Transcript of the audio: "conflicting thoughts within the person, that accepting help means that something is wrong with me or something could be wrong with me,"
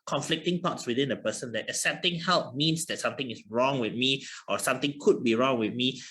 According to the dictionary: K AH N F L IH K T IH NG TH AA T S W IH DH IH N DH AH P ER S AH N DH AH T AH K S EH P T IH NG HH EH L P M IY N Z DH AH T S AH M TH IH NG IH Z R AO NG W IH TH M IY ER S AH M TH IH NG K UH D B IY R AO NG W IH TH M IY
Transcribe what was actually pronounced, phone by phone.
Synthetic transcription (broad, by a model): K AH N F L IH K T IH NG T AA T S W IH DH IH N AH P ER S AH N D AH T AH S EH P T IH NG HH EH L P M IY N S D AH T S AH M T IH NG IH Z R AO NG W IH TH M IY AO S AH M T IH NG K UH D B IY R AO NG W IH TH M IY